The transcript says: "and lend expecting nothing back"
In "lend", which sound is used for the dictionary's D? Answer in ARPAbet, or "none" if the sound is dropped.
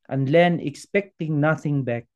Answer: none